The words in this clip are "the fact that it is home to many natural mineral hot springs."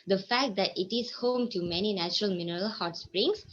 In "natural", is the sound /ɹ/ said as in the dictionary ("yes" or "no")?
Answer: yes